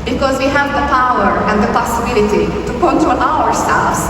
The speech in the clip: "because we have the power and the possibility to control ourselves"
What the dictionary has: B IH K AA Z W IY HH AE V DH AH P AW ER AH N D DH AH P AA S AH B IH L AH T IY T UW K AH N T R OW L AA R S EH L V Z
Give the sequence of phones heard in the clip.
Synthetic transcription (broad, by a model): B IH K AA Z W IY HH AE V DH AH P AW ER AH N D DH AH P AA S AH B IH L AH T IY T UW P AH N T OW N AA R S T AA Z